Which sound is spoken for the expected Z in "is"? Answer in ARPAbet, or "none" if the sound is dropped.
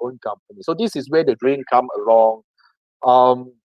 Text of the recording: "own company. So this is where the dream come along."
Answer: S